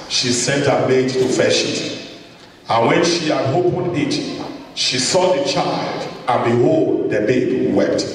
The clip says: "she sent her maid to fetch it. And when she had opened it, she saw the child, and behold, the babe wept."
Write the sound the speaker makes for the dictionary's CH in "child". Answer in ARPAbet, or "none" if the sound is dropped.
CH